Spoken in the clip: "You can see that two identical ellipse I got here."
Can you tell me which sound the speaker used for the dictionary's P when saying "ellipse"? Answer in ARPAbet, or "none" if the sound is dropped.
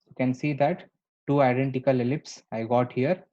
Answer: P